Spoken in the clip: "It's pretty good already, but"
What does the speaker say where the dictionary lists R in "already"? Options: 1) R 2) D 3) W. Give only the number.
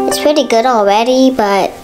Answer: 3